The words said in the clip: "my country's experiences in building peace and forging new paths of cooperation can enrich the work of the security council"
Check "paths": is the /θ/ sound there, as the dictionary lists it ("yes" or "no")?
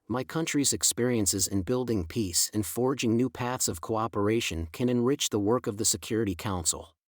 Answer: yes